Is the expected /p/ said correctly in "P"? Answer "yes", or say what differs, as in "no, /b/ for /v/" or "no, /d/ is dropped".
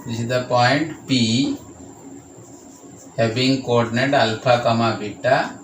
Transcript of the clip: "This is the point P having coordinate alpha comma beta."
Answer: yes